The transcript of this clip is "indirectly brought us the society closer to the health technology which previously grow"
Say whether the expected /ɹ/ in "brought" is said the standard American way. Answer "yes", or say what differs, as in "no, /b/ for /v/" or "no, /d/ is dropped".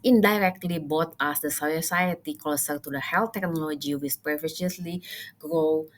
no, /ɹ/ is dropped